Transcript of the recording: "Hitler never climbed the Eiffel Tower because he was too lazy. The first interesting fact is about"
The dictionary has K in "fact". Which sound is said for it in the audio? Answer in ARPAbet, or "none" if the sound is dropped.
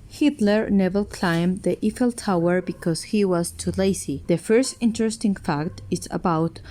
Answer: K